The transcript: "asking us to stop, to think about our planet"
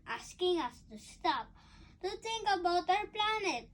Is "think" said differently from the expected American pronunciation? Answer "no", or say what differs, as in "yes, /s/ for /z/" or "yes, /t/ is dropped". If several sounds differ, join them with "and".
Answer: yes, /t/ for /θ/